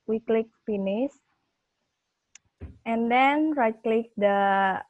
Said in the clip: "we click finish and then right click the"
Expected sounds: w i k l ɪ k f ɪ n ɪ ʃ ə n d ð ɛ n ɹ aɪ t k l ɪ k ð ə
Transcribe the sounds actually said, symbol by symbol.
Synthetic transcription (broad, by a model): w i k l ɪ k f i n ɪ s ə n d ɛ n ɹ aɪ t k l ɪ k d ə